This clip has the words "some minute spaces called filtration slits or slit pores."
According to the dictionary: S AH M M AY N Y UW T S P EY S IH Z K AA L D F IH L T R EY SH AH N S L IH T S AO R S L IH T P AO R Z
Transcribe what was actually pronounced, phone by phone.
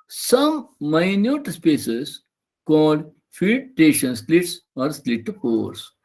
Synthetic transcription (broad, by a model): S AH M M AY N Y UW T S P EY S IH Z K AA L D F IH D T EY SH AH N S L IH T S AO R S L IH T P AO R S